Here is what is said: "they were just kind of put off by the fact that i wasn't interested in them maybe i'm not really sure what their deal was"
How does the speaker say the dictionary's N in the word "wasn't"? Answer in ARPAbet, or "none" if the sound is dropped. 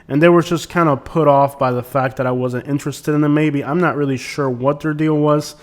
N